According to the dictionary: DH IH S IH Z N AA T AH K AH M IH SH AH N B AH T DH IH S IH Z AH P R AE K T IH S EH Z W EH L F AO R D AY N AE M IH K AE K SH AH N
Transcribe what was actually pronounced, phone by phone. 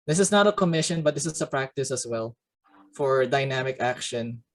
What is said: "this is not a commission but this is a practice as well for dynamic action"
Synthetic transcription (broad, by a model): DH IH S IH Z N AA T AH K AH M IH SH AH N B AH T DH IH S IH S AH P R AE K T IH S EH S W EH L F AO R D AY N AE M IH K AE K SH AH N